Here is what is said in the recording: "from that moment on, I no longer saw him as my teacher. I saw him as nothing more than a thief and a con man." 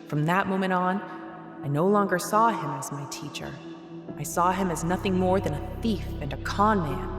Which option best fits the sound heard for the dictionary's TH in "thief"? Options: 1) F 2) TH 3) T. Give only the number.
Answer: 2